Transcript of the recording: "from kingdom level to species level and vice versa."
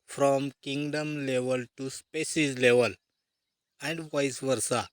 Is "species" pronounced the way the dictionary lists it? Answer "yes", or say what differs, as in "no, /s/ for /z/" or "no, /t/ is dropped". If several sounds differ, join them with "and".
no, /s/ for /ʃ/